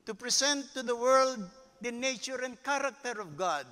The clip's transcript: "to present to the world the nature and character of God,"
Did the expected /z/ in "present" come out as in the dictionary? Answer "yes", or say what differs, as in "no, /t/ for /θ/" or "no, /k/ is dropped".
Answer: no, /s/ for /z/